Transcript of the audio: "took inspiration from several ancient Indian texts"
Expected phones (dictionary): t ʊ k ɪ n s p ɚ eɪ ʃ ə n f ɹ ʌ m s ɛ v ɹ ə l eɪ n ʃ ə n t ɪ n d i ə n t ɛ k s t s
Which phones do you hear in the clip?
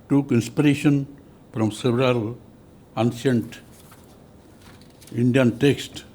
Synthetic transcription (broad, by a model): t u k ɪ n s p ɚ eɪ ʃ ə n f ɹ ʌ m s ɛ v ɹ ə l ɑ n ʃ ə n t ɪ n d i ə n t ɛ k s t